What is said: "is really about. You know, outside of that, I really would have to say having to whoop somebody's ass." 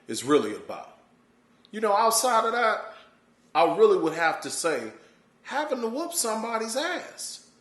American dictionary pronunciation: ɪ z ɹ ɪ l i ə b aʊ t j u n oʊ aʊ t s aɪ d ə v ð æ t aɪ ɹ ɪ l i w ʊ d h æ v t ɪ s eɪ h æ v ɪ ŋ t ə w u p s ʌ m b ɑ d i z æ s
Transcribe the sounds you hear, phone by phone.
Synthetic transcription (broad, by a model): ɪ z ɹ ɪ l i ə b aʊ j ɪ n oʊ aʊ t s aɪ d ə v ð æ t aɪ ɹ ɪ l i w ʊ d h æ f t ɪ s eɪ h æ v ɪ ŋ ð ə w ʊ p s ʌ m b ɑ d i z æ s